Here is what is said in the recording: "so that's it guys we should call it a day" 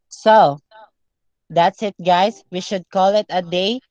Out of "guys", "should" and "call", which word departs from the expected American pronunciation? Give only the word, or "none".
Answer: guys